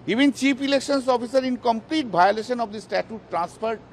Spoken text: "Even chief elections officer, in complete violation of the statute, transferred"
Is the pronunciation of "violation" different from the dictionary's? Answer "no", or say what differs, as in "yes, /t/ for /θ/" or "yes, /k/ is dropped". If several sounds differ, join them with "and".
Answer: yes, /b/ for /v/